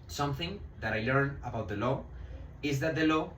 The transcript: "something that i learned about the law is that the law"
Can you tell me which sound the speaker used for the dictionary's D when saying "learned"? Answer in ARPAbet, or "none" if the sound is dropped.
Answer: none